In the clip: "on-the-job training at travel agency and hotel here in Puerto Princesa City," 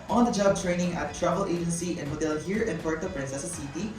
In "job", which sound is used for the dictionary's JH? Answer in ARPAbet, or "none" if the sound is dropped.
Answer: JH